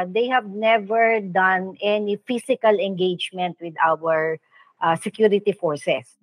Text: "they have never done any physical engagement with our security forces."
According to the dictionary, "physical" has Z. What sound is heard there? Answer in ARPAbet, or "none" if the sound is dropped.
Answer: S